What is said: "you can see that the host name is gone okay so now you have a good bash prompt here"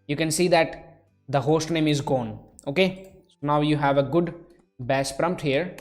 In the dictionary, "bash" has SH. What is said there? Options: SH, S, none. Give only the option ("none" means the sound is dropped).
S